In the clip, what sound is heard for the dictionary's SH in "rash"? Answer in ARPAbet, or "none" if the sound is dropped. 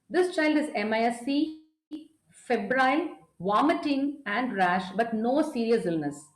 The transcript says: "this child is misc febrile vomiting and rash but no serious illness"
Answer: SH